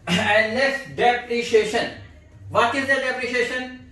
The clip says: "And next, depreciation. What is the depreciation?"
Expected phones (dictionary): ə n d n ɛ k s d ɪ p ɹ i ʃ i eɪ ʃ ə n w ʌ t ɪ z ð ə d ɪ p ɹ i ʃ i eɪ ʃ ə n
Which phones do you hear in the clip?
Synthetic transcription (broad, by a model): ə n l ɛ s d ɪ p ɹ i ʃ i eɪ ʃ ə n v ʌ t ɪ z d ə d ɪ p ɹ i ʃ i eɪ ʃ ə n